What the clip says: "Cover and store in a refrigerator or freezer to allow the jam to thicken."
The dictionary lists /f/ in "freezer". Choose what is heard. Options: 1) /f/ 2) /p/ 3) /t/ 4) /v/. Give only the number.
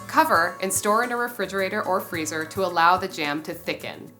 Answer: 1